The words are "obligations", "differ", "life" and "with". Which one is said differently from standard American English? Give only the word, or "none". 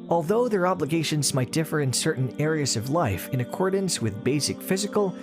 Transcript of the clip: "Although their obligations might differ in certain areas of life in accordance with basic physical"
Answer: none